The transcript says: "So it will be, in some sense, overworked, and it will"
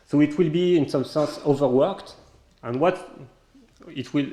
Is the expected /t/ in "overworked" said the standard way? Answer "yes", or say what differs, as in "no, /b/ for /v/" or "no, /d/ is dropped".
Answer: yes